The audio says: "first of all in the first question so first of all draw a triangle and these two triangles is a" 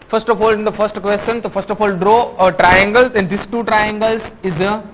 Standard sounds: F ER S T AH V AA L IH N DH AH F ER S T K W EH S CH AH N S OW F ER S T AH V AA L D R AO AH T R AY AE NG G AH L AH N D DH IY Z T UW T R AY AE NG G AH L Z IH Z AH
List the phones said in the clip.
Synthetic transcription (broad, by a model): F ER S T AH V AA L IH N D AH F ER S T K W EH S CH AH N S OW F ER S T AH F AA L D R AO AH T R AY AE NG G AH L AH N D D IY S T UW T R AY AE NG G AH L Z IH Z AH